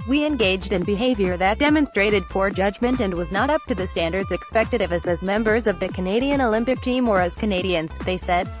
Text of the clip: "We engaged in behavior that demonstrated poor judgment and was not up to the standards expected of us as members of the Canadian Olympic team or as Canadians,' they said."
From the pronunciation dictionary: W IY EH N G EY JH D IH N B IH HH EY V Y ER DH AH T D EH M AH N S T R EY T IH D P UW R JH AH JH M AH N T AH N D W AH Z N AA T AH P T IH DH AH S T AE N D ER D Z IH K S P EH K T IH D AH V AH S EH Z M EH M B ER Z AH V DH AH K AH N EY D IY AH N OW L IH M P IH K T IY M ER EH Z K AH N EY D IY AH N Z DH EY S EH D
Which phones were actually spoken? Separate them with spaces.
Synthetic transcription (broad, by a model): W IY EH N G EY JH D IH N B IH HH EY V Y ER DH AH T D EH M AH N S T R EY T IH D P UW R JH AH JH M AH N T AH N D W AH Z N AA T AH P T IH DH AH S T AE N D ER D Z IH K S P EH K T IH D AH V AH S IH Z M EH M B ER Z AH V DH AH K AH N EY D IY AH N OW L IH M P IH K T IY M ER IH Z K AH N EY D IY AH N Z DH EY S EH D